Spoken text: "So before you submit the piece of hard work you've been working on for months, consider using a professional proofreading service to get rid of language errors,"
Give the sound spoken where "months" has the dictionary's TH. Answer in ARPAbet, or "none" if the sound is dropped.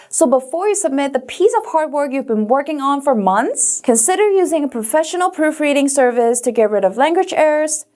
TH